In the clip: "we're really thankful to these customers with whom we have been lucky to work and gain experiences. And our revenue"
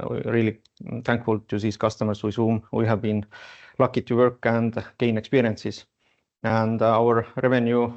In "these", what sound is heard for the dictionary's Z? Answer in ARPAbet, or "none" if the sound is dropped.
S